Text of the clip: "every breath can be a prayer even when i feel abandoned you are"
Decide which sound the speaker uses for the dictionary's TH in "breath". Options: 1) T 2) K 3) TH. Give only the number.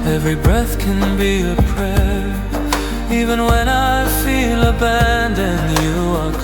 3